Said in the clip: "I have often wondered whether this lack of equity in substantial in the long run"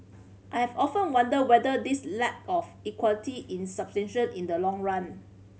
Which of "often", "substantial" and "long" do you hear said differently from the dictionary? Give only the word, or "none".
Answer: substantial